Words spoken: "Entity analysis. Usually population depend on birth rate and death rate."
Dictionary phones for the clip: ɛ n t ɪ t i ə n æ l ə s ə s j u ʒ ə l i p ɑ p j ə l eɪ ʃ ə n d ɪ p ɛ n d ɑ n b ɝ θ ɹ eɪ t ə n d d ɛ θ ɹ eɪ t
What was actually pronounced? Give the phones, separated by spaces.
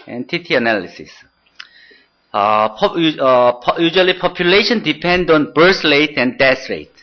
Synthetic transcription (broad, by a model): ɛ n t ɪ t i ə n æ l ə s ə s j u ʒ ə l i p ɑ p j ə l eɪ ʃ ə n d ɪ p ɛ n d ɑ n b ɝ s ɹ eɪ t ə n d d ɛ s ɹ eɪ t